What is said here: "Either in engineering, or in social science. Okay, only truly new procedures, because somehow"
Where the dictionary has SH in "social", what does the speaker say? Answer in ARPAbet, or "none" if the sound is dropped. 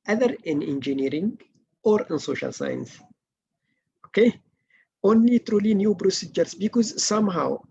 SH